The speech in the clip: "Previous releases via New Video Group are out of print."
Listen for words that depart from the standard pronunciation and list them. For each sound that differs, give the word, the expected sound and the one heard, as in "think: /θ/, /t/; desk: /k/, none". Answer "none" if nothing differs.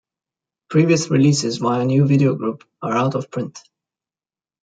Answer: none